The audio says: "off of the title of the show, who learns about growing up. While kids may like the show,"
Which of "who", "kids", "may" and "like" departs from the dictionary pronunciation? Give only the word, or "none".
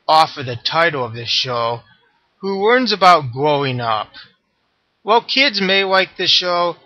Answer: none